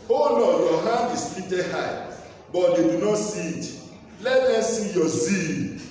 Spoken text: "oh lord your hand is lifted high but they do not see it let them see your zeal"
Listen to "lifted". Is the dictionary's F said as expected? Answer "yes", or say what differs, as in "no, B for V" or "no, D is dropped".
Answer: no, F is dropped